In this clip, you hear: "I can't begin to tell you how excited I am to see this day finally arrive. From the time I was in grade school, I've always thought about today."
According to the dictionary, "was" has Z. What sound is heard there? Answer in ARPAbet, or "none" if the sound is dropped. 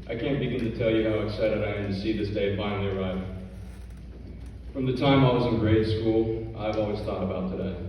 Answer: Z